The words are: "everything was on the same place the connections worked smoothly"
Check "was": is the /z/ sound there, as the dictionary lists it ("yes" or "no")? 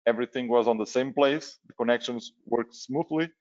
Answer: yes